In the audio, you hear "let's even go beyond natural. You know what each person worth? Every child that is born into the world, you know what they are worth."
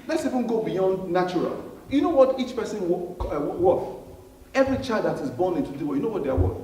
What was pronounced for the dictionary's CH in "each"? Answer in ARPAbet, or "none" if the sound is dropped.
CH